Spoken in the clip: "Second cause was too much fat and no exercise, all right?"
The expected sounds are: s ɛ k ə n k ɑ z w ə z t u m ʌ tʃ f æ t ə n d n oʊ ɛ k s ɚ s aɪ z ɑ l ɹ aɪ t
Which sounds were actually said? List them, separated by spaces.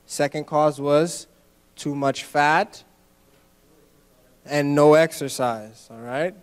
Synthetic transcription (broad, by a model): s ɛ k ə n k ɑ z w ə z t u m ʌ tʃ f æ t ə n n oʊ ɛ k s ɚ s aɪ z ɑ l ɹ aɪ t